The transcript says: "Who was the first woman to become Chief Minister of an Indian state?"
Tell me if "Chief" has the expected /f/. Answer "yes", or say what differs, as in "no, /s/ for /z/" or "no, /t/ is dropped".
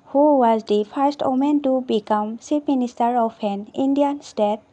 no, /p/ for /f/